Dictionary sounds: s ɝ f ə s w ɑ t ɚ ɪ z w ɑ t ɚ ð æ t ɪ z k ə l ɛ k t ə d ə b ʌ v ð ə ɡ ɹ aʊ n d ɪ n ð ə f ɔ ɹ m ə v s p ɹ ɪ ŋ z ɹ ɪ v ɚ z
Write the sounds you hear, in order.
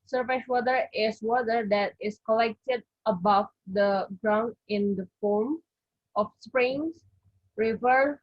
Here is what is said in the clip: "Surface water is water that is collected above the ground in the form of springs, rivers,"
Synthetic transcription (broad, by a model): s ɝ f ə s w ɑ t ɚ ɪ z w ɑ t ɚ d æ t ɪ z k ə l ɛ k t ə d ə b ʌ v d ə ɡ ɹ aʊ n d ɪ n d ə f ɔ ɹ m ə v s p ɹ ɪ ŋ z ɹ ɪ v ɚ